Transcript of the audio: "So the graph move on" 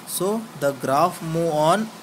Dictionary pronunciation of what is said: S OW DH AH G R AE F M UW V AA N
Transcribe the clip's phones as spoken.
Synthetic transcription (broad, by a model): S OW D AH G R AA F M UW AA N